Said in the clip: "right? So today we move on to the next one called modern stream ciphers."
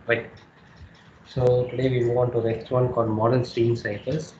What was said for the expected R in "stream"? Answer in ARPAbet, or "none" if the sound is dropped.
none